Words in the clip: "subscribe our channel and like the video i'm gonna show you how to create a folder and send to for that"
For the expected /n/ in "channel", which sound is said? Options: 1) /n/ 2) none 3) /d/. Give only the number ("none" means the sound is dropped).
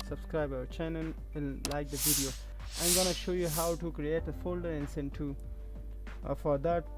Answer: 2